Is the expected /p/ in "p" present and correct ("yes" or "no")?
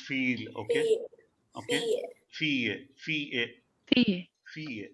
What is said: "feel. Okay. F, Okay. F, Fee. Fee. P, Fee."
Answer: no